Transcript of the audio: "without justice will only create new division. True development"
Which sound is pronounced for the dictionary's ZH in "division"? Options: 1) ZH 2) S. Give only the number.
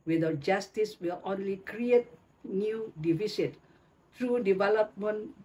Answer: 2